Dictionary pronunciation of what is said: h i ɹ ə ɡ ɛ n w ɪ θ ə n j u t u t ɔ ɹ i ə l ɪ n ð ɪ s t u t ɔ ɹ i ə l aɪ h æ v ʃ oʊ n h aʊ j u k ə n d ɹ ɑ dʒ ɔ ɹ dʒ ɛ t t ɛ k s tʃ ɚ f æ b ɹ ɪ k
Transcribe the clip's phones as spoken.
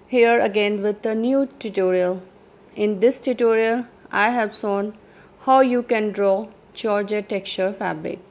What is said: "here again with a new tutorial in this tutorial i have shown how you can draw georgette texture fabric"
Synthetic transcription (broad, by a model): h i ɹ ə ɡ ɛ n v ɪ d ə n j u t u t ɔ ɹ i ə l ɪ n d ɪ s t u t ɔ ɹ i ə l aɪ h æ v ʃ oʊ n h aʊ j u k ə n d ɹ ɑ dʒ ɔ ɹ dʒ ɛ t t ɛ k tʃ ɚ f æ b ɹ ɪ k